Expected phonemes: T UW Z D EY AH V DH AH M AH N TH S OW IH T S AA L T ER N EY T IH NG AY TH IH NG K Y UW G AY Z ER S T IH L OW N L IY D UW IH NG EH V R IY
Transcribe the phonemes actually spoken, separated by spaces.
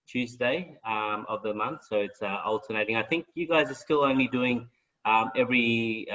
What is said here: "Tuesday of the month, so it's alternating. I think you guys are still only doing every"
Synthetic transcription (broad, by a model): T UW Z D EY AH V DH AH M AH N TH S OW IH T S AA L T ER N EY T IH NG AY TH IH NG K Y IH G AY Z ER S T IH L OW N L IY D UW IH NG EH V R IY